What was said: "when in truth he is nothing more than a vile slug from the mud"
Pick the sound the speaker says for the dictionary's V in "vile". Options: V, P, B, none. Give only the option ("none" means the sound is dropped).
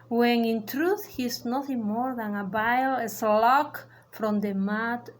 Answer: B